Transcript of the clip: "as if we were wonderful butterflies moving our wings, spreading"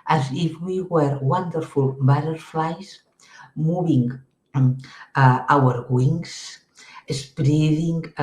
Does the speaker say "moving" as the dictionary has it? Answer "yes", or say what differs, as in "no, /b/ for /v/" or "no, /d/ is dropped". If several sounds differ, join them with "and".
no, /b/ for /v/